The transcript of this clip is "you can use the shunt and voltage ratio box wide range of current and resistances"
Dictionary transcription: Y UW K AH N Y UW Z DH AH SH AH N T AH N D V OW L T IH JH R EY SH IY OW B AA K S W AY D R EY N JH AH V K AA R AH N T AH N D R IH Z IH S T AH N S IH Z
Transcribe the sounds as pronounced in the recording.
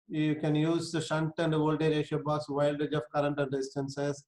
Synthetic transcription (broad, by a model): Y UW K AH N Y UW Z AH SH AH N T AH N D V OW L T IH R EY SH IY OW B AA S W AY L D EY JH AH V K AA R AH N T AH N D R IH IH S T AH N S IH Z